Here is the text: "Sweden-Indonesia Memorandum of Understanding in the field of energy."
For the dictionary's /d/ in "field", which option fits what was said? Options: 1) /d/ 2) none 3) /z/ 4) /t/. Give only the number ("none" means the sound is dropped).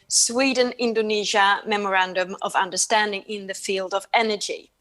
1